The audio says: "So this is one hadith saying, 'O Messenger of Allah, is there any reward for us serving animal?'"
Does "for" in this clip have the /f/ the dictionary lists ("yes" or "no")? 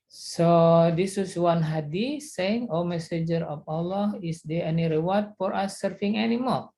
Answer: yes